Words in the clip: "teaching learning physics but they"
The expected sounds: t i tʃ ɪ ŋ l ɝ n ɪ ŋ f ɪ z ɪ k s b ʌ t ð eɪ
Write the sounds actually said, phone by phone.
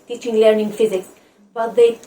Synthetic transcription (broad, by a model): t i tʃ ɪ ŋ l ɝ n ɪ ŋ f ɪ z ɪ k b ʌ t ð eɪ